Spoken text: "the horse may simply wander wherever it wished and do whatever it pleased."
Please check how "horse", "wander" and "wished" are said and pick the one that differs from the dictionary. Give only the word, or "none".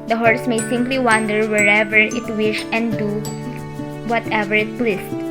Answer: wished